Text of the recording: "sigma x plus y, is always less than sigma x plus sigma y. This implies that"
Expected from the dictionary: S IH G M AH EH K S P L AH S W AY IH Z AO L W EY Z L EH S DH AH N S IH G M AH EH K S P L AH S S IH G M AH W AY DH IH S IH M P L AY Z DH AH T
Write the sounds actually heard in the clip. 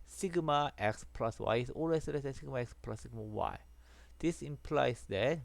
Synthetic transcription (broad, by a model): S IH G M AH EH K S P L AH S W AY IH S AO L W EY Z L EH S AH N S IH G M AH EH K S P L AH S S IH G M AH W AY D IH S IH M P L AY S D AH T